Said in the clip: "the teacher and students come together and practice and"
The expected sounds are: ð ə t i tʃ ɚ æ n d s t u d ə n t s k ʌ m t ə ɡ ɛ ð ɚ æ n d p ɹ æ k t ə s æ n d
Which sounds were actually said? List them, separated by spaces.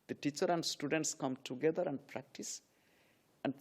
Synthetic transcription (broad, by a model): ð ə t i tʃ ɚ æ n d s t u d ə n t s k ʌ m t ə ɡ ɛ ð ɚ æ n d p ɹ æ k t ə s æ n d